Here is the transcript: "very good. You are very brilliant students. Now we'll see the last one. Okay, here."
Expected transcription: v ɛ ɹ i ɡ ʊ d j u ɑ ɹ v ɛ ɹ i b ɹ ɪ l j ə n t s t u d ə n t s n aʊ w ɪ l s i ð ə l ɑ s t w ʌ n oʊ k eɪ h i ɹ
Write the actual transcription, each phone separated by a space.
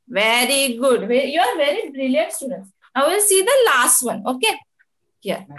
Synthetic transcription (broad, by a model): v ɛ ɹ i ɡ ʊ d j u ɑ ɹ v ɛ ɹ i b ɹ ɪ l j ə n t s t u d ə n t s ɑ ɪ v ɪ l s i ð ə l ɑ s t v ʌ n oʊ k eɪ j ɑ